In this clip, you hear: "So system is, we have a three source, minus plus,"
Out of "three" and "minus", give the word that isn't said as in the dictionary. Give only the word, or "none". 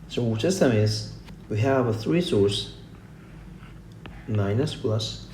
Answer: none